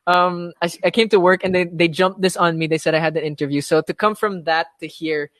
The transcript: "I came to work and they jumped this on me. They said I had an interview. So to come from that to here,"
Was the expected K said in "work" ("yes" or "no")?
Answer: yes